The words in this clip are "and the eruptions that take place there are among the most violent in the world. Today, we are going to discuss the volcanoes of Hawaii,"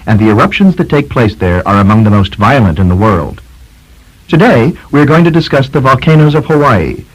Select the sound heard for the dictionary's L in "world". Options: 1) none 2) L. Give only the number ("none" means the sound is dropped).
2